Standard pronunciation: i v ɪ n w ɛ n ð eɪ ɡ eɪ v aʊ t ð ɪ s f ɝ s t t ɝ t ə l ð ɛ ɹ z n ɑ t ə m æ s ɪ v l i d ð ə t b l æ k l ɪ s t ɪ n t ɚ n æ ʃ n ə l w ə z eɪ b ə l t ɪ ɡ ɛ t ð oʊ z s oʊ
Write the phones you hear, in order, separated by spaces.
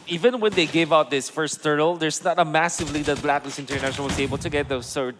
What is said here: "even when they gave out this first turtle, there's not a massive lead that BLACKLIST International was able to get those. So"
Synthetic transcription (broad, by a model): i v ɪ n w ɛ n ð eɪ ɡ eɪ v aʊ t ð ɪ s f ɝ s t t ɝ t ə l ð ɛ ɹ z n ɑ t ə m æ s ɪ v l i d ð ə t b l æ k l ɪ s ɪ n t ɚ n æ ʃ ə n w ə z eɪ b ə l t ɪ ɡ ɛ t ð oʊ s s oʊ